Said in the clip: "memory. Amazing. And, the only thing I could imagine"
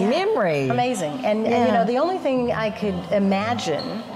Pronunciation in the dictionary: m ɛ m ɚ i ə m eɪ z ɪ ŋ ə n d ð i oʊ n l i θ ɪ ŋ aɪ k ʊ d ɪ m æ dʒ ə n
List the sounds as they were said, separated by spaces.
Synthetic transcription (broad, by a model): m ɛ m ɚ i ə m eɪ z ɪ ŋ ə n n ð i oʊ n l i θ ɪ ŋ aɪ k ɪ d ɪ m æ dʒ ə n